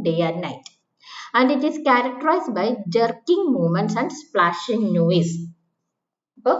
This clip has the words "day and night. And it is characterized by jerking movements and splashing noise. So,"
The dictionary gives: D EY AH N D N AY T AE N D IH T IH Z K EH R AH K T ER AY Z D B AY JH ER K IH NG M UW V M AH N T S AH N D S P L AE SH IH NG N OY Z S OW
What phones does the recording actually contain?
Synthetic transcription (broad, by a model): D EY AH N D N AY T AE N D IH T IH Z K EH R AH K T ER AY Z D B AY JH ER K IH NG M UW M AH N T S AH N D S P L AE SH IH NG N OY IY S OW